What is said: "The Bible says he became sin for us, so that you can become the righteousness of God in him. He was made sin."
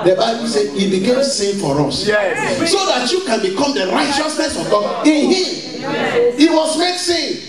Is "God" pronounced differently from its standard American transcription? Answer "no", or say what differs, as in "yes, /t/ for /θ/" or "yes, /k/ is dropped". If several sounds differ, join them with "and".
yes, /d/ is dropped